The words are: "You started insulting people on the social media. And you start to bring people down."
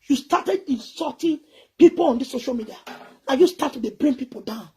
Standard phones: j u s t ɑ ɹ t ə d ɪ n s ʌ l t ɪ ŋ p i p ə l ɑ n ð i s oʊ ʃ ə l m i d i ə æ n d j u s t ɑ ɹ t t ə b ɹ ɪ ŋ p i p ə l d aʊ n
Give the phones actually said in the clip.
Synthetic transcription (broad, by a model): j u s t ɑ t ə d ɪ n s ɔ t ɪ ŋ p i p ə l ɑ n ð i s oʊ ʃ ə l m i d i ə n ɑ j u s t ɑ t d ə b ɹ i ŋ p i p ə l d aʊ n